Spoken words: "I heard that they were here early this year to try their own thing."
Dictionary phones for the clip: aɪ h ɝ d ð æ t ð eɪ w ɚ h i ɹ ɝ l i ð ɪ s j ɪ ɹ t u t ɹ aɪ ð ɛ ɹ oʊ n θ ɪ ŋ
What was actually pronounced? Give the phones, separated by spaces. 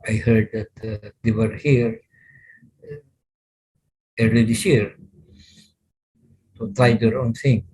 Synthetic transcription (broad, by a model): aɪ h ɝ d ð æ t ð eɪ w ɚ h i ɹ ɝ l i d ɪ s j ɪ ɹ t u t aɪ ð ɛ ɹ oʊ n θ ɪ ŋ